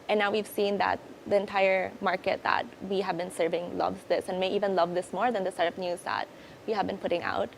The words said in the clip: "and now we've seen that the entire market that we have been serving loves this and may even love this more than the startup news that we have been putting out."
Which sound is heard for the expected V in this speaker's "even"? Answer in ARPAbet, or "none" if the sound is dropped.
V